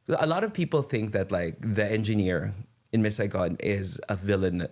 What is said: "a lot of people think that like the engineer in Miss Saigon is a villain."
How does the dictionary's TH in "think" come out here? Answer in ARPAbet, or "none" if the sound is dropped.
TH